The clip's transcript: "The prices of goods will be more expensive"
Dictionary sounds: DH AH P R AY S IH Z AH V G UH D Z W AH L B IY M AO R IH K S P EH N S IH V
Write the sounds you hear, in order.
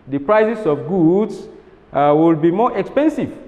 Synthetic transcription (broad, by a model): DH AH P R AY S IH S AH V G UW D S W AH L B IY M AO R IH K S P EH N S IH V